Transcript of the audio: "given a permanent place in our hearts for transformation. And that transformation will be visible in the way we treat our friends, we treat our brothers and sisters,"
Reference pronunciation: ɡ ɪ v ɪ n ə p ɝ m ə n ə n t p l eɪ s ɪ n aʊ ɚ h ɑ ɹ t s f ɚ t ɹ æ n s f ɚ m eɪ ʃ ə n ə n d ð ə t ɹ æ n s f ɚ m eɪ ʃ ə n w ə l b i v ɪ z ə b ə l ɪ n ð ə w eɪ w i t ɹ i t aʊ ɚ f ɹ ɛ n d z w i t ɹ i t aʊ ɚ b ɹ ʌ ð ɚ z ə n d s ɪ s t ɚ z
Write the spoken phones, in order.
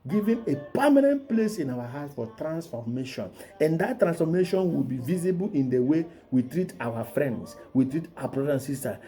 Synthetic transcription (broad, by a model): ɡ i v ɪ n ə p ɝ m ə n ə n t p l eɪ s ɪ n aʊ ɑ h ɑ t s f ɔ t ɹ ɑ n s f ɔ m eɪ ʃ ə n ə n d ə t ɹ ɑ n s f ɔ m eɪ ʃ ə n w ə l b i v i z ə b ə l ɪ n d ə w eɪ w i t ɹ i t aʊ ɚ f ɹ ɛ n d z w i t ɹ i t aʊ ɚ b ɹ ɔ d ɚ ə n s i s t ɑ